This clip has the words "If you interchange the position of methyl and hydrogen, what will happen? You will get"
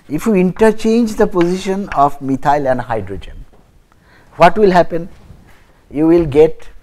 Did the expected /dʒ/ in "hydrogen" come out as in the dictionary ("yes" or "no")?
yes